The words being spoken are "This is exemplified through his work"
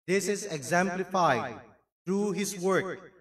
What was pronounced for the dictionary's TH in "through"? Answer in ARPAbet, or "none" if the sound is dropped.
T